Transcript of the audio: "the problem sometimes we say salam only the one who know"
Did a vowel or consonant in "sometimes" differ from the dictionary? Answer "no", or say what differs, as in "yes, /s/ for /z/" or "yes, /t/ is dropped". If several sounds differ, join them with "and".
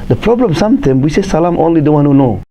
yes, /z/ is dropped